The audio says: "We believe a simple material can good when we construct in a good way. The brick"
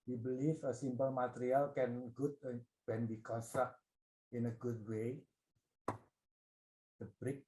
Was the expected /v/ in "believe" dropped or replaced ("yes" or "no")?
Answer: yes